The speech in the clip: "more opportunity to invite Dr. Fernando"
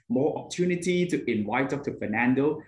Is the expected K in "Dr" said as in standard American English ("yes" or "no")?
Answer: no